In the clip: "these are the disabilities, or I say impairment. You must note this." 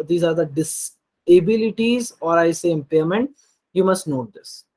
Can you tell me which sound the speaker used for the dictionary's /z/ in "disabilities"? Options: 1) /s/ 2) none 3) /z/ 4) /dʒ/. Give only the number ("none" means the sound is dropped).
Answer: 3